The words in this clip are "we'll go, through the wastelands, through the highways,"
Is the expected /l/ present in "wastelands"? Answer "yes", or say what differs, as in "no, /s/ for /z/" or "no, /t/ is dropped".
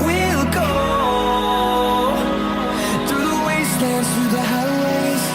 no, /l/ is dropped